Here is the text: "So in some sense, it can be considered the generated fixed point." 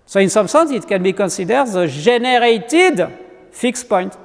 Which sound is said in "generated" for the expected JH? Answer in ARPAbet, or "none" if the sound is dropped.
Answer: ZH